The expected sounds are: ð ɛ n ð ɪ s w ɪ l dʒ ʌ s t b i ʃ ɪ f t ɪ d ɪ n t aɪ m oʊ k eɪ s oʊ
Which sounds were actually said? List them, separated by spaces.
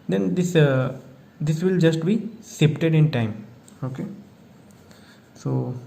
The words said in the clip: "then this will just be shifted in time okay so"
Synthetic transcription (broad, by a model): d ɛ n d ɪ s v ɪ l dʒ ʌ s t b i s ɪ p t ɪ d ɪ n t aɪ m oʊ k eɪ s oʊ